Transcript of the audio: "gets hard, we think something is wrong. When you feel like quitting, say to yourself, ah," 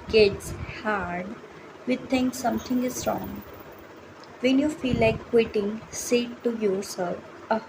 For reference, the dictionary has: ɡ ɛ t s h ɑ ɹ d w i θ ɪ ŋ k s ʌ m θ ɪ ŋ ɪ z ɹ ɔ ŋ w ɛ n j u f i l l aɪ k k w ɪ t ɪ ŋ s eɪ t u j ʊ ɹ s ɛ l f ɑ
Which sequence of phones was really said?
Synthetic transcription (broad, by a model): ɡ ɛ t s h ɑ ɹ d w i t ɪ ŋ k s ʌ m t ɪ ŋ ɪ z ɹ ɔ ŋ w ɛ n j u f i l l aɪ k k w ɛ t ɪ ŋ s eɪ t u j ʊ ɹ s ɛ l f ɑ